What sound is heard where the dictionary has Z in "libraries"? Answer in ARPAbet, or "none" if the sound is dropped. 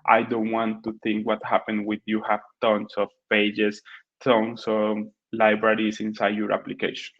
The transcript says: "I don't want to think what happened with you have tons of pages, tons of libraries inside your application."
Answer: S